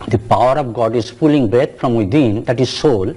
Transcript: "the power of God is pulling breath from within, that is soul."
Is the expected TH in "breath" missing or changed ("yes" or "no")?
yes